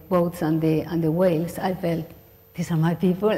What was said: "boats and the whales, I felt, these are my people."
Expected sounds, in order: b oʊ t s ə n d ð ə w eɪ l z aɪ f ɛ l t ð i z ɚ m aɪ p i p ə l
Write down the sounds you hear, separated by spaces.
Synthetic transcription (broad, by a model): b oʊ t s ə n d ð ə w eɪ l s aɪ f ɛ l t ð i s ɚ m aɪ p i p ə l